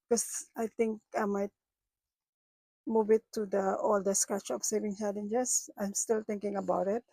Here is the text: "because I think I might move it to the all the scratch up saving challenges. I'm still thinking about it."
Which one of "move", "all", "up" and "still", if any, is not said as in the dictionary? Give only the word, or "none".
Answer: up